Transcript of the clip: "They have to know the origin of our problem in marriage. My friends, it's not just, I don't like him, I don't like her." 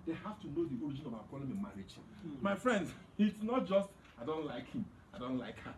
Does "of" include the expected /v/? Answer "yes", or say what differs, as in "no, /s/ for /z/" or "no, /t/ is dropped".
no, /b/ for /v/